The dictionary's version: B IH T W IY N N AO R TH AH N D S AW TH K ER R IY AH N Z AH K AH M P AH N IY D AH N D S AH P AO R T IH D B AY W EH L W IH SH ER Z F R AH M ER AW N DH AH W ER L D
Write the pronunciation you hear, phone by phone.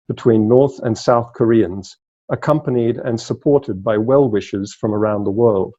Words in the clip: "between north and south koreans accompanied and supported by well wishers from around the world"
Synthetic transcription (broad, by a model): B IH T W IY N N AO R TH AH N S AW TH K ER R IY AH N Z AH K AH M P AH N IY D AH N S AH P AO R T IH D B AY W EH L W IH SH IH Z F R AH M ER AW N DH AH W ER L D